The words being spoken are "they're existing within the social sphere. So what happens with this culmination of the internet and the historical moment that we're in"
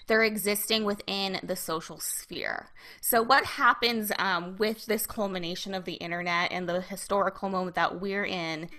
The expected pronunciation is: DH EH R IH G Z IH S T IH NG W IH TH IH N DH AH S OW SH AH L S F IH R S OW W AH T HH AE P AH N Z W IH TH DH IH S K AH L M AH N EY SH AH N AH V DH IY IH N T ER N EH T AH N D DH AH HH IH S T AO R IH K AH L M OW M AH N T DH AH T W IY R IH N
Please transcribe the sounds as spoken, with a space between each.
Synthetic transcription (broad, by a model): DH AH R IH G Z IH S T IH NG W IH TH IH N DH AH S OW SH L S F IH R S OW W AH T HH AE P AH N Z W IH DH IH S K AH L M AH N EY SH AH N AH V DH IY IH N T ER N EH T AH N DH AH HH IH S T AO R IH K L M OW M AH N DH AH T W IY R IH N